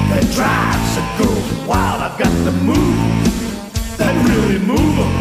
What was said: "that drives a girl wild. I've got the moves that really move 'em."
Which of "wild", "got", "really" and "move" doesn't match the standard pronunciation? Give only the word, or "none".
wild